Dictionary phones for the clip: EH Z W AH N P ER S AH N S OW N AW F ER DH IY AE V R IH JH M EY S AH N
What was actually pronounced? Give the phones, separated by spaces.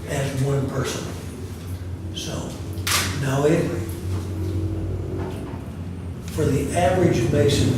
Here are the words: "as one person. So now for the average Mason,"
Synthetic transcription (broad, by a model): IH Z W AH N P ER S AH N S OW N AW F ER DH IY AE V R IH JH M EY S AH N